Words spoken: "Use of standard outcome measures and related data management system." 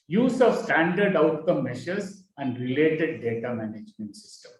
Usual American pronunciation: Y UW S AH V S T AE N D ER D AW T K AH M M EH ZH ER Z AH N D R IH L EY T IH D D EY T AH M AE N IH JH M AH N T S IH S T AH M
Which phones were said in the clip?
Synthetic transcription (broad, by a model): Y UW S AH V S T AE N D ER D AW T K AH M M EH SH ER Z AH N D R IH L EY T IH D D EY T AH M AE N IH JH M AH N T S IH S T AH M